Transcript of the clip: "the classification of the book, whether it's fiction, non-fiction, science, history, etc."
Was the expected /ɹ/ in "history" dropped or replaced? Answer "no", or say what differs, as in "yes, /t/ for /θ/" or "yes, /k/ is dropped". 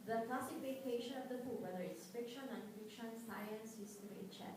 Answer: yes, /ɹ/ is dropped